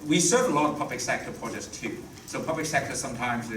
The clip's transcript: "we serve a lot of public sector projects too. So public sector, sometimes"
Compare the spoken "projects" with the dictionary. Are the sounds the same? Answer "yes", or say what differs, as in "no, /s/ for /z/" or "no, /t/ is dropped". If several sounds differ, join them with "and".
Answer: no, /k/ is dropped